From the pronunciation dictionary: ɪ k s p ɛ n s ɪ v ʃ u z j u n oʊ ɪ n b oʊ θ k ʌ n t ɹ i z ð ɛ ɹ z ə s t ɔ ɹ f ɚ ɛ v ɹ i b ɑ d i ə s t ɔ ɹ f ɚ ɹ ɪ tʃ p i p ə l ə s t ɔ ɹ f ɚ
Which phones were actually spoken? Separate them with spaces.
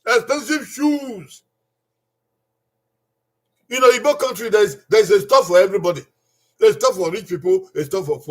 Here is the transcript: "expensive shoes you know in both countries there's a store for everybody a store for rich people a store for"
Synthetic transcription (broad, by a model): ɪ k s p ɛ n s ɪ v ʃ u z j u n oʊ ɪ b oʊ k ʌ n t ɹ i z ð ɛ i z ə s t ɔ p f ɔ ɛ v ɹ i b ɑ d i ə s t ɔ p f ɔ ɹ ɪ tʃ p i p ə l ə s t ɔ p f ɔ